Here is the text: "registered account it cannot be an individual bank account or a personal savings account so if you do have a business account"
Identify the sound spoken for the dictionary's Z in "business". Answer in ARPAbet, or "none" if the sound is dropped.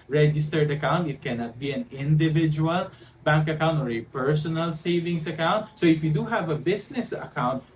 S